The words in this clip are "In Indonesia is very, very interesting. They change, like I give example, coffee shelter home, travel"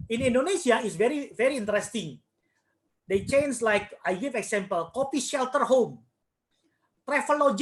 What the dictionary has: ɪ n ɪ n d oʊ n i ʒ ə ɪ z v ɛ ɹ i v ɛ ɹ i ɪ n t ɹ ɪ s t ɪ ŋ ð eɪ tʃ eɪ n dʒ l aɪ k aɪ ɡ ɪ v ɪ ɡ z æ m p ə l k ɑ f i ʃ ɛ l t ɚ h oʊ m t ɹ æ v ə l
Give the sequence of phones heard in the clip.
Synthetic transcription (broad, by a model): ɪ n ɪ n d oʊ n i s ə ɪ s v ɛ ɹ i v ɛ ɹ i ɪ n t ɹ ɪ s t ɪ ŋ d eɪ tʃ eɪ n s l aɪ k aɪ ɡ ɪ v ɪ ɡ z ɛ m p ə l k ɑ p i ʃ ɛ l t ɚ h oʊ m t ɹ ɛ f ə l